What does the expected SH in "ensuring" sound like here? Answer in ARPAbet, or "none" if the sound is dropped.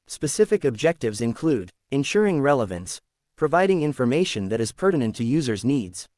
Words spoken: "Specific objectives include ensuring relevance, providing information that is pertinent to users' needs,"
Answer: SH